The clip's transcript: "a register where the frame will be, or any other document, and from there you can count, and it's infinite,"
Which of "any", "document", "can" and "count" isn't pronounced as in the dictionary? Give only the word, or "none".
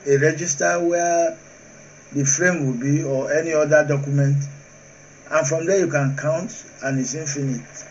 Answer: none